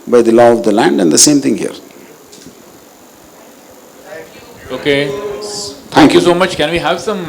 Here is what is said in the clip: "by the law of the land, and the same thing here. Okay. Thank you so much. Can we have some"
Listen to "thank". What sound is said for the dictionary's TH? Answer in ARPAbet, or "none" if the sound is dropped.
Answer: T